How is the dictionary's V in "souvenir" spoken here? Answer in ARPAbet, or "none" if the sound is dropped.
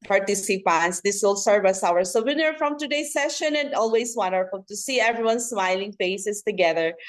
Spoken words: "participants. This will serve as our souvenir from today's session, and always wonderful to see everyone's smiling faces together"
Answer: W